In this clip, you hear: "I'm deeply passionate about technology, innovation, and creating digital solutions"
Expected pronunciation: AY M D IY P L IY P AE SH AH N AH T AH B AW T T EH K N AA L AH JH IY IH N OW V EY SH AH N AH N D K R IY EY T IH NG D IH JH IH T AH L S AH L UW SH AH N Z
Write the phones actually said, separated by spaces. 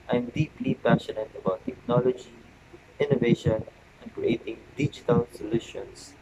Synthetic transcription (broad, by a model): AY M D IY P L IY P AE SH AH N AH T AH B AW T T EH K N AA L AH JH IY IH N OW V EY SH AH N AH N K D R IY EY T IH NG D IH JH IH T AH L S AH L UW SH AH N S